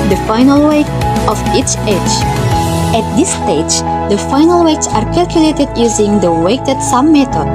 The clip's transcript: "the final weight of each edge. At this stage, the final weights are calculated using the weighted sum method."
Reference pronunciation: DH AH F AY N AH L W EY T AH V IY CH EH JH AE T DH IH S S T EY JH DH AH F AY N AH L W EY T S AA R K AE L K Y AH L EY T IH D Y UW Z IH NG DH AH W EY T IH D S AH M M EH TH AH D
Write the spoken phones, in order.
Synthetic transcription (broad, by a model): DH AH F AY N AH L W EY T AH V IY CH EH JH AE T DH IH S S T EY JH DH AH F AY N AH L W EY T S AA R K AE L K Y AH L EY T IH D Y UW Z IH NG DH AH W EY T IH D S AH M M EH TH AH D